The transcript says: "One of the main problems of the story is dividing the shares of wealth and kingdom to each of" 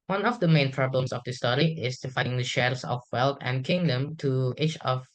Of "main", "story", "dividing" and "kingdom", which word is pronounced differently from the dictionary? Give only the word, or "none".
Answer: dividing